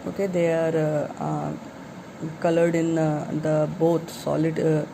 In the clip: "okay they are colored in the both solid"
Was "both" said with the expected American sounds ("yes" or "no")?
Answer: no